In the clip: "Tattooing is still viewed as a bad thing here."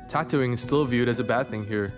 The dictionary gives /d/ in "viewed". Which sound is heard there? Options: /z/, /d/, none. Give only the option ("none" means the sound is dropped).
/d/